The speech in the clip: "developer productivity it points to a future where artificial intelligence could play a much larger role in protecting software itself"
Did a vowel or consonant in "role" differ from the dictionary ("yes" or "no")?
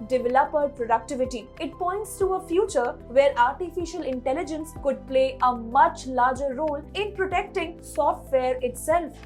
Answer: no